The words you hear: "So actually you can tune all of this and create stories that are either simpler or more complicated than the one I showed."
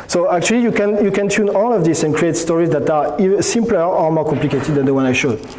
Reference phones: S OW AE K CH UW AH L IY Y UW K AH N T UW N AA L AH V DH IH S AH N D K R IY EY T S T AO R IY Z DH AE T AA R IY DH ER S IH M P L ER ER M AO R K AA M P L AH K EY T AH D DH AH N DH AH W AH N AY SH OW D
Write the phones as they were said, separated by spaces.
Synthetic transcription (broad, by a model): S OW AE K CH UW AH L IY Y UW K AH N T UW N AA L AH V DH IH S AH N K R IY EY T S T AO R IY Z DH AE T AA R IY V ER S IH M P L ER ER M AO R K AA M P L AH K EY T AH D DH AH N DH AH W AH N AY SH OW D